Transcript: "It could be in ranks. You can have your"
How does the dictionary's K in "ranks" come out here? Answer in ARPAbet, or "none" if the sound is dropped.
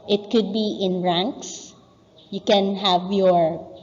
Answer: K